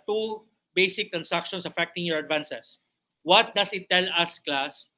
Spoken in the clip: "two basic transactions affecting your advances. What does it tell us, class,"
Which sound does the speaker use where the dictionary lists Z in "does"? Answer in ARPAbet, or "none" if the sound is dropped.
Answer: S